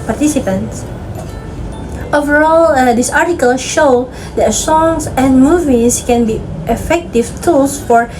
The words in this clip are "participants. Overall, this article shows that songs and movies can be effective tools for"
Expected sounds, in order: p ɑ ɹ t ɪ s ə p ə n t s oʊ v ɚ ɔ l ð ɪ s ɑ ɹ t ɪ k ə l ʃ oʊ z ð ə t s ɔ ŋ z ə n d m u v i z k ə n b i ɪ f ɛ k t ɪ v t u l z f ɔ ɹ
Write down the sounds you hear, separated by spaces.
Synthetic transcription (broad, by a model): p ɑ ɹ t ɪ s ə p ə n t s oʊ v ɚ ɔ l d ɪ s ɑ ɹ t ɪ k ə l ʃ oʊ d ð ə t s ɔ ŋ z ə n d m u v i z k ə n b i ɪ f ɛ k t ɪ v t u l s f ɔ ɹ